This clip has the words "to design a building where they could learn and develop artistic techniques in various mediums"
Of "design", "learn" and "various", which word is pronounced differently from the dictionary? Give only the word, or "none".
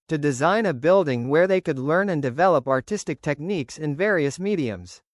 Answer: none